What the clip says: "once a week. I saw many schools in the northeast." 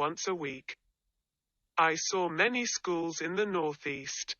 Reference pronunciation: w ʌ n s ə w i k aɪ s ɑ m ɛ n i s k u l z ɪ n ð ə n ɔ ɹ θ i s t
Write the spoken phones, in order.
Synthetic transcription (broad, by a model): ʌ n s ə w i k aɪ s ɑ m ɛ n i s k u l z ɪ n ð ə n ɔ ɹ θ i s t